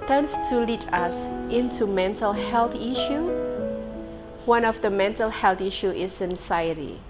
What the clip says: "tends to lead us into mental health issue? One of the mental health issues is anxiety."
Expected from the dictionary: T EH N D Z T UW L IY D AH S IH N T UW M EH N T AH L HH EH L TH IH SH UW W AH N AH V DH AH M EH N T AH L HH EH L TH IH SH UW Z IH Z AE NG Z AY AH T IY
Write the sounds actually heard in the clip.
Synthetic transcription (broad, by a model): T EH N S T UW L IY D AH S IH N T UW M EH N T AH L HH EH L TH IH SH UW W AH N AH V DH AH M EH N T AH L HH EH L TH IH SH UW IH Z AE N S AY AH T IY